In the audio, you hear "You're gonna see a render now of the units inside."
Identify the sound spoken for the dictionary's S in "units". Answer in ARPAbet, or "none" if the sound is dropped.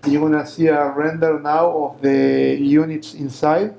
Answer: S